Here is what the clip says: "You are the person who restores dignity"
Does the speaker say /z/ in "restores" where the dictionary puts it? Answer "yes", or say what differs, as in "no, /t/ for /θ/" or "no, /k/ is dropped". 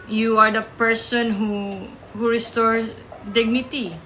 no, /z/ is dropped